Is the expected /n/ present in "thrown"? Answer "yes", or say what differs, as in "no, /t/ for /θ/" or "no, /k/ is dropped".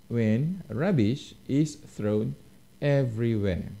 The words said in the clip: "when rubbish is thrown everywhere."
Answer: yes